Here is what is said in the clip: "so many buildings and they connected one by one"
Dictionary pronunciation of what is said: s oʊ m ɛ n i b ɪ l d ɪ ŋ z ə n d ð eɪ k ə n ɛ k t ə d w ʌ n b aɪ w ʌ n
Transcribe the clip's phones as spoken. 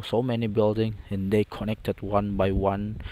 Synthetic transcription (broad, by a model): s oʊ m ɛ n i b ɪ l d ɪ ŋ ə n d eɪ k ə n ɛ k t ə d w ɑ n b aɪ w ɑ n